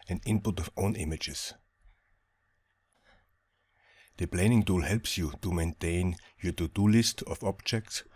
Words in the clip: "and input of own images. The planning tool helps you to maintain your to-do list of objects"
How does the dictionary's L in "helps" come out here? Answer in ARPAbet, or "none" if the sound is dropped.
L